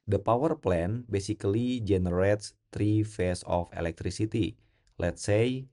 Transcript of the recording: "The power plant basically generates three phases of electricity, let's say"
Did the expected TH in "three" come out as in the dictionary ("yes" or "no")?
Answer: no